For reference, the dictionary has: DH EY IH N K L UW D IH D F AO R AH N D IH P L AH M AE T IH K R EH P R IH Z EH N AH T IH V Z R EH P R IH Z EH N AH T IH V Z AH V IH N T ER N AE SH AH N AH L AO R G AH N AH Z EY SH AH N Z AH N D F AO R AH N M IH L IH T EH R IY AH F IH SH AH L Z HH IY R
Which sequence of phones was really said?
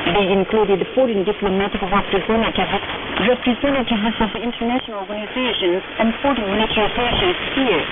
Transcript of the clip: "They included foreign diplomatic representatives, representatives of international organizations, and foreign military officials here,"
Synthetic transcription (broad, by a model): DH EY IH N K L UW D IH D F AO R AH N D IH P L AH M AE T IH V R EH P R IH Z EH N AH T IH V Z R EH P R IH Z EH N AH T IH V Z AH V IH N T ER N AE SH AH N AH L AO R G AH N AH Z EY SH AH N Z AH N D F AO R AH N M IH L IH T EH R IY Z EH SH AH N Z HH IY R